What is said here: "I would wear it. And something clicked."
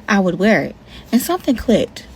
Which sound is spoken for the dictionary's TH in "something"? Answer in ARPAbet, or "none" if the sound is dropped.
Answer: TH